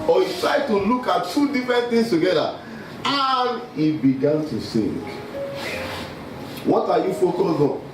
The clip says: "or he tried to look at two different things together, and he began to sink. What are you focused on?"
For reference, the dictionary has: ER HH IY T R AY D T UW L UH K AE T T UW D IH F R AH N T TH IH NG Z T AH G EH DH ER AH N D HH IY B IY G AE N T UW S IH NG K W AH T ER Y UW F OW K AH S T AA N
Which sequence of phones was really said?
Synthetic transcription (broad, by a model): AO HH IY T R AY D T UW L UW K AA T T UW D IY F R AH N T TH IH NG S T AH G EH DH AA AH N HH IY B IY G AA N T UW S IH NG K W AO T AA Y UW F OW K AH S AA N